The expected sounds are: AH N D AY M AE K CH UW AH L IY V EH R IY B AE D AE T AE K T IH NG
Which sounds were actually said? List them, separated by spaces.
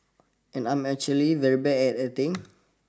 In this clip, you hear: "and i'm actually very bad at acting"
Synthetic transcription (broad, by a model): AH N AY M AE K CH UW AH L IY V EH R IY B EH EH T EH T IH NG